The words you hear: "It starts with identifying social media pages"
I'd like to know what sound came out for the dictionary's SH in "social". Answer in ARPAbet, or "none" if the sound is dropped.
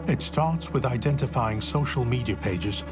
SH